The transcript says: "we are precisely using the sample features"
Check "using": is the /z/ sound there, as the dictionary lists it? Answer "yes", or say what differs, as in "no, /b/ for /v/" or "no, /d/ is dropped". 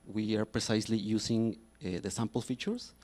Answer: no, /s/ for /z/